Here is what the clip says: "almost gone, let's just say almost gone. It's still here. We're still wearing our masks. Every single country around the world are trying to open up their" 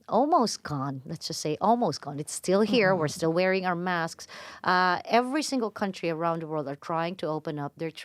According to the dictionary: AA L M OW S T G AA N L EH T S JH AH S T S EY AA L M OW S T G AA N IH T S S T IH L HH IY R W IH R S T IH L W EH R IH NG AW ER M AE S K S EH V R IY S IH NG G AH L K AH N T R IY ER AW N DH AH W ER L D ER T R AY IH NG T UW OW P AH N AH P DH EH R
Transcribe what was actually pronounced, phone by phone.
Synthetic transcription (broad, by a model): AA L M OW S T G AA N L EH T S JH AH S T S EY AA L M OW S T G AA N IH T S S T IH L HH IY R W IH R S T IH L W EH R IH NG AW ER M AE S K S EH V R IY S IH NG G AH L K AH N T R IY ER AW N DH AH W ER L D ER T R AY IH NG T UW OW P AH N AH P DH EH R